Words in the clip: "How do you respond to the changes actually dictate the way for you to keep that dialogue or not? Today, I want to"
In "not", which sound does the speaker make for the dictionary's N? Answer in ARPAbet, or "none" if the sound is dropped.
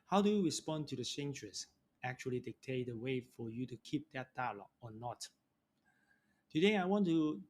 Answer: N